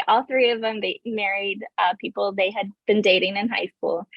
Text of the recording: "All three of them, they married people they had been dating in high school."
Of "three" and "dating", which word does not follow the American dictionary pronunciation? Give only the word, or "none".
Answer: none